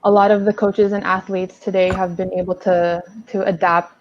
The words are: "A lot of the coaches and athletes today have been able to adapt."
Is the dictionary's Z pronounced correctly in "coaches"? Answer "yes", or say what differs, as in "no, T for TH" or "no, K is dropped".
yes